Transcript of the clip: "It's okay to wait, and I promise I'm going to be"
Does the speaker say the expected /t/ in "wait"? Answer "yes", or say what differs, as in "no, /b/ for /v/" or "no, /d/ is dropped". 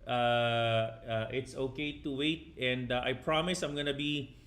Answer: yes